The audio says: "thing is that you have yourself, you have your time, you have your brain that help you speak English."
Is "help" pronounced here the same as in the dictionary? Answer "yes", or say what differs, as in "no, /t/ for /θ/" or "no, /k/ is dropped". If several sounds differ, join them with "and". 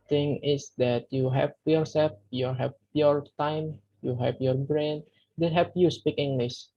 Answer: no, /l/ is dropped